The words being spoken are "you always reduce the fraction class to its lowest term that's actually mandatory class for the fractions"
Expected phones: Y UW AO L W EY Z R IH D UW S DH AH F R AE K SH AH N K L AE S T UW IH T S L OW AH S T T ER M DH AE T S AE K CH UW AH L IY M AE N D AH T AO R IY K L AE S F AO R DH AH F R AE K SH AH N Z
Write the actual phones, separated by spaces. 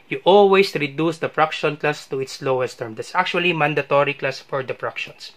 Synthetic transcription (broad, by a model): Y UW AO L W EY S R IH D UW S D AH P R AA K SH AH N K L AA S T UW IH T S L OW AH S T T ER M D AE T S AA K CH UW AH L IY M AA N D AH T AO R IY K L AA S F AO R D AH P R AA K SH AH N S